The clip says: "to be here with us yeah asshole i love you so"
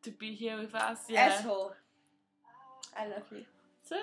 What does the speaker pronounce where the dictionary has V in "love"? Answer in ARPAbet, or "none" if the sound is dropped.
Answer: V